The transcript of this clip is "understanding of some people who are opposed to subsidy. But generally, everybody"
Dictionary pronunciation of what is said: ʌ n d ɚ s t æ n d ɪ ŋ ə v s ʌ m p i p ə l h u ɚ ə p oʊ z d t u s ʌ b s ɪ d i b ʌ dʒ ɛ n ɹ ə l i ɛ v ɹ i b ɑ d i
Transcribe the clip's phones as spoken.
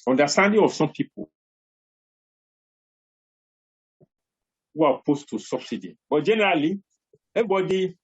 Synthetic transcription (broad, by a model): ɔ n d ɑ s t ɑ n d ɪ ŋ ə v s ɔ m p i p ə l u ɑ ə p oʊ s t u s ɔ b s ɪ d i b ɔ dʒ ɛ n ɹ ə l i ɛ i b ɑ d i